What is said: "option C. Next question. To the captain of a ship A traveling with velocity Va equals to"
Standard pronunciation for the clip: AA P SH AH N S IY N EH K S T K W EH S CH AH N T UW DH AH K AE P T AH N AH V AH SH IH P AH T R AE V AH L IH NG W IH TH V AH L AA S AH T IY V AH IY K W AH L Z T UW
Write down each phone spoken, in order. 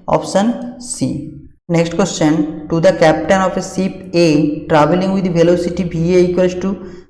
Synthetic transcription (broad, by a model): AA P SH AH N S IY N EH K S T K W EH S CH AH N T UW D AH K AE P T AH N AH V AH S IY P AH T R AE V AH L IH NG W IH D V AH L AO S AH T IY B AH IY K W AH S T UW